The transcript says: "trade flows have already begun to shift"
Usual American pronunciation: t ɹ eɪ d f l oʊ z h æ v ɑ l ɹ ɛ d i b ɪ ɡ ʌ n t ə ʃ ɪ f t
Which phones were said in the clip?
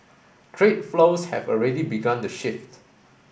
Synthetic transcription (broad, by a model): t ɹ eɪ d f l oʊ s h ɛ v ɑ l ɹ ɛ d i b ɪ ɡ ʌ n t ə ʃ ɪ f t